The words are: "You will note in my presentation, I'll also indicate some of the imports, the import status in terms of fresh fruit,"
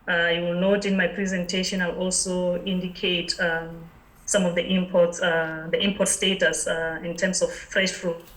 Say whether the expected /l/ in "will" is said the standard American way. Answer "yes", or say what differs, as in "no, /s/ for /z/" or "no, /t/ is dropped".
yes